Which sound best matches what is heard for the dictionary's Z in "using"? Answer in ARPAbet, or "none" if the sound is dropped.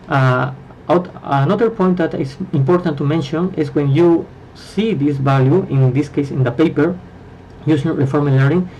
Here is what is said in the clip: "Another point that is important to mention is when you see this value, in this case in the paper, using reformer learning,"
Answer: S